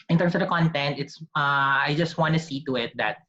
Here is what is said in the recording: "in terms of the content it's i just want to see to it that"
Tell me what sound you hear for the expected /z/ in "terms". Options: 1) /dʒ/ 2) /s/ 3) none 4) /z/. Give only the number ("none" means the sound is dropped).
2